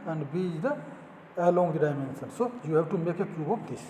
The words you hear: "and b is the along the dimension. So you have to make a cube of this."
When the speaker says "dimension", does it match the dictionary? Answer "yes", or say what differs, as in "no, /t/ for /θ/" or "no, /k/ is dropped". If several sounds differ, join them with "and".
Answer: no, /s/ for /ʃ/